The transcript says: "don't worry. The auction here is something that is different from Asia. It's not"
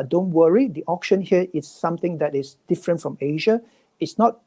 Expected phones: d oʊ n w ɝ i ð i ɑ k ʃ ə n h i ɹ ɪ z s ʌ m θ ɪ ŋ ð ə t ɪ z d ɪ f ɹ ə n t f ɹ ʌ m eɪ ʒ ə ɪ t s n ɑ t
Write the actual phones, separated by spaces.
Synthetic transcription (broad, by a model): d oʊ n w ɝ i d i ɑ k ʃ ə n h i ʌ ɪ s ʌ m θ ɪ ŋ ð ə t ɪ s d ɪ f ɹ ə n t f ɹ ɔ m eɪ ʒ ə ɪ t s n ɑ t